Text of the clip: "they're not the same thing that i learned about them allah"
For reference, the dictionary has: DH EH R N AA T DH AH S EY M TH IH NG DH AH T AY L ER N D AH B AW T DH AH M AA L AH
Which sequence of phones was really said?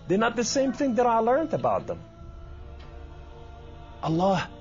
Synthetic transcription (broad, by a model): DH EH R N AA T DH AH S EY M TH IH NG DH AH T AY L ER N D AH B AW T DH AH M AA L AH